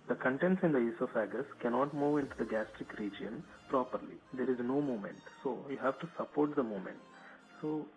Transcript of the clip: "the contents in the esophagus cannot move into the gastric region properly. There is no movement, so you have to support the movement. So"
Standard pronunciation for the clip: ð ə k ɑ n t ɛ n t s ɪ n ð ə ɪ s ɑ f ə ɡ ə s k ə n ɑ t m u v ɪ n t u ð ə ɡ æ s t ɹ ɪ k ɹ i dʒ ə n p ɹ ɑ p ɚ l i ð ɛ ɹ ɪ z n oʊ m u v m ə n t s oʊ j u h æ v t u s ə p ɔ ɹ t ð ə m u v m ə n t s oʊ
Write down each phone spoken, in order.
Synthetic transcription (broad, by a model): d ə k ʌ n t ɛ n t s ɪ n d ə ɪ s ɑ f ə ɡ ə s k ə n ɑ t m u v ɪ n t u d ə ɡ æ s t ɹ ɪ k ɹ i dʒ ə n p ɹ ɑ p ɚ l i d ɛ ɹ ɪ z n oʊ m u m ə n t s oʊ j u h æ v t u s ə p ɔ ɹ t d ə m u m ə n t s oʊ